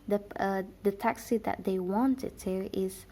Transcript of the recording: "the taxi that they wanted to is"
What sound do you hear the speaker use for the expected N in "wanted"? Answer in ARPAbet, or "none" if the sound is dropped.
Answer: N